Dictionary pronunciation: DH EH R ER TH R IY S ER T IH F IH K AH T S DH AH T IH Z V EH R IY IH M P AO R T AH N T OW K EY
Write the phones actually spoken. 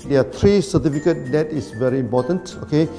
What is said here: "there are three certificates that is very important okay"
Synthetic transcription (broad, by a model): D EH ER T R IY S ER T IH F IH K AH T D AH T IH S V EH R IY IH M P AO T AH N T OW K EY